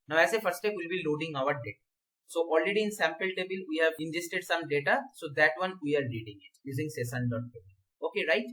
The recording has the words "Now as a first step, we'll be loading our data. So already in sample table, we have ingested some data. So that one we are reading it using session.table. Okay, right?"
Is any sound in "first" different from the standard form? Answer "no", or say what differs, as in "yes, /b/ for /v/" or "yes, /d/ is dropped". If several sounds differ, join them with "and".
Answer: yes, /s/ is dropped